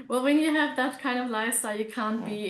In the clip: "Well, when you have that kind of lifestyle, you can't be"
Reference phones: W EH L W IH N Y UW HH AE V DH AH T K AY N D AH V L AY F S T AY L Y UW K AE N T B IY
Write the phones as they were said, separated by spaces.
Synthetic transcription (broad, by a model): W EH L W IH N Y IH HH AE V DH AH T K AY N D AH V L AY S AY Y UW K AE N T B IY